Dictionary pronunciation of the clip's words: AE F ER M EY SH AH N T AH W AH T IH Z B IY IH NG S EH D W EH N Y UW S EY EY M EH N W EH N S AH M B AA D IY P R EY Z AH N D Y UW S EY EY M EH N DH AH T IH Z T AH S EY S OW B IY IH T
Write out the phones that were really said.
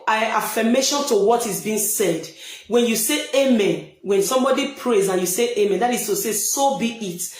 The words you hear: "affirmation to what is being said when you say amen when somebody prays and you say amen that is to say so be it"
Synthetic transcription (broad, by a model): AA F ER M EY SH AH N T AH W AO T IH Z B IY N S EH D W EH N Y UW S EY EY M EH N W EH N S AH M B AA D IY P R EY Z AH N Y UW S EY EY M EH N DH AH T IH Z T AH S EY S OW B IY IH T